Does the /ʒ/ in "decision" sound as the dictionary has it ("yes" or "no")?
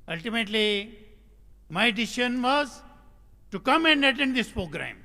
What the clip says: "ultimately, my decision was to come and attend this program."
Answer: no